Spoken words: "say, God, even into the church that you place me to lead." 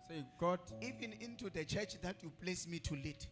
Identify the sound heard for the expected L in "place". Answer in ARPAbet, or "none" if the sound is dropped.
L